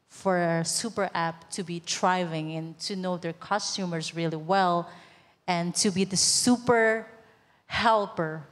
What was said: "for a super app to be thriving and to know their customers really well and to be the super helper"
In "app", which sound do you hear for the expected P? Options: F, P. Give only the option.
P